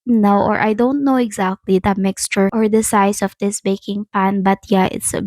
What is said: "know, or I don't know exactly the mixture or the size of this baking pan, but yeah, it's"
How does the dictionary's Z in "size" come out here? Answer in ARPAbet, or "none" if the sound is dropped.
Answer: S